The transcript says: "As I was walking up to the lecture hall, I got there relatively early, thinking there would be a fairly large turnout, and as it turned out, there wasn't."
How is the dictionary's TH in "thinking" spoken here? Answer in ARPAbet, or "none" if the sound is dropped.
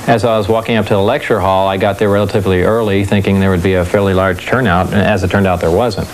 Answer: TH